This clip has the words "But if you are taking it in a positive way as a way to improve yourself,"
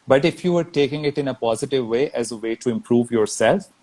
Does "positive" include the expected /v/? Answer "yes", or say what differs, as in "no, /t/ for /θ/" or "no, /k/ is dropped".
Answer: yes